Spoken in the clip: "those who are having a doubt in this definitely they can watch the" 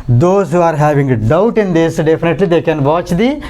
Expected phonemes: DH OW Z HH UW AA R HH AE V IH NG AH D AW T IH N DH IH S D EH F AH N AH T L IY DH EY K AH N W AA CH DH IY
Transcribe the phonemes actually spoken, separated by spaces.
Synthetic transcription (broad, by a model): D OW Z HH UW AA R HH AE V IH NG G D AW T IH N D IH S D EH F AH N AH T L IY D EY K AH N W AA CH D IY